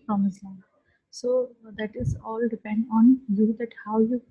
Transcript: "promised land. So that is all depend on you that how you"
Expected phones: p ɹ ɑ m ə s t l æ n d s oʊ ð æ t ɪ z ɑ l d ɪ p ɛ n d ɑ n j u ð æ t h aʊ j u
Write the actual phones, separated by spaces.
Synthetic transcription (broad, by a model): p ɹ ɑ m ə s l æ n s oʊ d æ t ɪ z ɑ l d ɪ p ɛ n d ɑ n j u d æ t h aʊ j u